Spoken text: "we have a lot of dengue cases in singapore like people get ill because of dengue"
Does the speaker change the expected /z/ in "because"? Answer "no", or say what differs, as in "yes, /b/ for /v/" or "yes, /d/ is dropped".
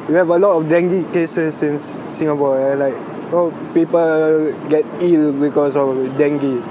yes, /s/ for /z/